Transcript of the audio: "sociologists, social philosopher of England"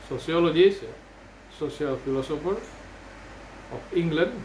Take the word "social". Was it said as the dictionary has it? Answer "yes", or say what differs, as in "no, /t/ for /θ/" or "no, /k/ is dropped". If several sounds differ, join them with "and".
no, /s/ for /ʃ/